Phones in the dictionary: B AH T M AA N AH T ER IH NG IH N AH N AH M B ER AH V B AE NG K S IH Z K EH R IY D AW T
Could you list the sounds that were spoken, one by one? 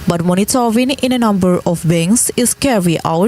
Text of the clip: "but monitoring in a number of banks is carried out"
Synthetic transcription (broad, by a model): B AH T M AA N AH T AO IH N IH N AH N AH M B ER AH F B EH NG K S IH S K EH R IY AW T